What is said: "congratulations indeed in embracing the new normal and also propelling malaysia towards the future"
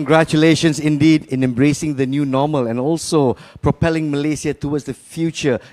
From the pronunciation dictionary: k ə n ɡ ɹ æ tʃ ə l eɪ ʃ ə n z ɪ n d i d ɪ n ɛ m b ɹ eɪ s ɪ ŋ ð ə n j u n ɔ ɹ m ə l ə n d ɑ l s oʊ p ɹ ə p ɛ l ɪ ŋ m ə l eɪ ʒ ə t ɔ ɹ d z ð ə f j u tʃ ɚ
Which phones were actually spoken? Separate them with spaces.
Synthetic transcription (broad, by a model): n ɡ ɹ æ tʃ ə l eɪ ʃ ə n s ɪ n d i d ɪ n ɛ m b ɹ eɪ s ɪ ŋ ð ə n j u n ɔ m ə l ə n ɑ l s oʊ p ɹ ə p ɛ l ɪ ŋ m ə l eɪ s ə t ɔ w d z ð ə f j u tʃ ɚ